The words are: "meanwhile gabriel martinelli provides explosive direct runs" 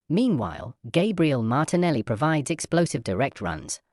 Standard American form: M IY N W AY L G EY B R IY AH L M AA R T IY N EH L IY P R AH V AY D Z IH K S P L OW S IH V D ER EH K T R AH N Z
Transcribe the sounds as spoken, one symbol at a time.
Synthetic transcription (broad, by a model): M IY N W AY L G EY B R IY AH L M AA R T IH N EH L IY P R AH V AY D Z IH K S P L OW S IH V D ER EH K T R AH N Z